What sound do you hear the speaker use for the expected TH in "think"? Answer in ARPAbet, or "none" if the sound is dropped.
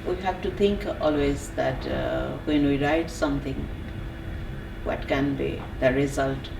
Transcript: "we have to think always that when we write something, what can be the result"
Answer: T